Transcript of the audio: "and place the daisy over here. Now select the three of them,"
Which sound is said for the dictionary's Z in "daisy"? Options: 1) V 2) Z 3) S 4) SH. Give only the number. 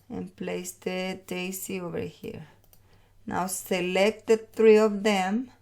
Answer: 3